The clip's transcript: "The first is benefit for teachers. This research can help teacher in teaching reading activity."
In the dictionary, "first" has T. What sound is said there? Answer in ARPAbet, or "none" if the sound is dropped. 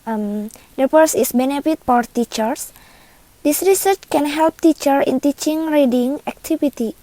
none